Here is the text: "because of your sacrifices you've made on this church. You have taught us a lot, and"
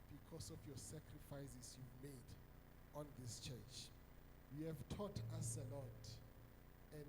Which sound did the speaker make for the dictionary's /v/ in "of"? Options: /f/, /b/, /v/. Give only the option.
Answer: /f/